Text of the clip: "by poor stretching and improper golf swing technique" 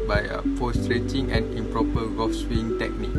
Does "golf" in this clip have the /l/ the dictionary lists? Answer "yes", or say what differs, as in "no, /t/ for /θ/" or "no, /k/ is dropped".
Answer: no, /l/ is dropped